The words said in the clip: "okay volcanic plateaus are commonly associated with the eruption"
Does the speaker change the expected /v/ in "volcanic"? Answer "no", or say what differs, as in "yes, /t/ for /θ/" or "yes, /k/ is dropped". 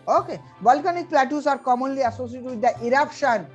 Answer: yes, /b/ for /v/